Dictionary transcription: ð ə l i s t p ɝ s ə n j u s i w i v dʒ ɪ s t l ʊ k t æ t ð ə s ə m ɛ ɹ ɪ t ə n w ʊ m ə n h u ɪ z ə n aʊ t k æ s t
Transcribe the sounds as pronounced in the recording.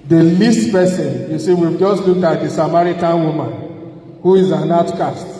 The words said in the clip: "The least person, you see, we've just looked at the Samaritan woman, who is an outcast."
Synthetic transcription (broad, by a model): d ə l i s t p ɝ s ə n j u s i w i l dʒ ɪ s t l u k ɑ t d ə s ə m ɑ ɹ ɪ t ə n w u m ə n h u ɪ z ə n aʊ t k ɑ s t